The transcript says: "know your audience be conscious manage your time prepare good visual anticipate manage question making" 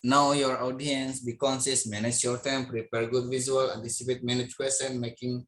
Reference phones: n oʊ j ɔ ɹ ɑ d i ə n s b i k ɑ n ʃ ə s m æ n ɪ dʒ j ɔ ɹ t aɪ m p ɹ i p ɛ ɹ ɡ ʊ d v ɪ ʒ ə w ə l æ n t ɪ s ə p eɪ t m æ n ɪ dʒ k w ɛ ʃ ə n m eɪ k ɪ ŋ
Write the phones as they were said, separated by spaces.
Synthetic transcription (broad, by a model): n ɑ j ɔ ɹ ɑ d i ə n s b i k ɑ n s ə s m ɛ n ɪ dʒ j ɔ ɹ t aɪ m p ɹ i p ɛ ɹ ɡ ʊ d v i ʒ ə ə l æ n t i s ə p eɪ t m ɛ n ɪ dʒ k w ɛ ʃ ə n m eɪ k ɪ ŋ